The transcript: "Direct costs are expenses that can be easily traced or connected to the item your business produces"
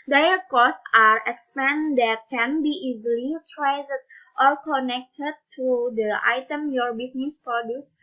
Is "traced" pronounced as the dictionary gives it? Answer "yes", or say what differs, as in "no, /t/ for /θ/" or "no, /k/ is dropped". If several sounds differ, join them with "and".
no, /l/ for /ɹ/